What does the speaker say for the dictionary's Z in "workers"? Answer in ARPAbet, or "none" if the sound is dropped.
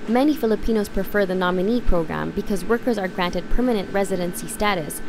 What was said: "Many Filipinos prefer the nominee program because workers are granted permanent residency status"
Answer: Z